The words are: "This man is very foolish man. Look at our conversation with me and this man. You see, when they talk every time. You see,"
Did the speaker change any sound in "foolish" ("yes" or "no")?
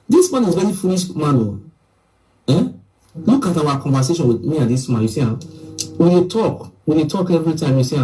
no